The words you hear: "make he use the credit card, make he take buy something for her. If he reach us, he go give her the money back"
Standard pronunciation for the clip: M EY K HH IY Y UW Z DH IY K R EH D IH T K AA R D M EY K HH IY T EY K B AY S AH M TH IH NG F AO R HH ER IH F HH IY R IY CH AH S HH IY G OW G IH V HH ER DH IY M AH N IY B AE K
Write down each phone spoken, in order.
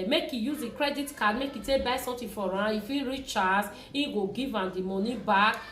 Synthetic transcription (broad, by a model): M EY K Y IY Y UW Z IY K R EH D IH T K AA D M EY K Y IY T EY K B AY S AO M T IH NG F AO R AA IH F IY R IY CH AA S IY G OW G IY V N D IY M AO N IY B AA K